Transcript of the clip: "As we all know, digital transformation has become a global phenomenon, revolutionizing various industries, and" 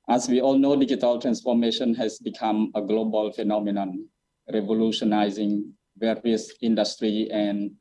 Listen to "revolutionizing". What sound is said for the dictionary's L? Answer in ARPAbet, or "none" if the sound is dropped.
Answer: L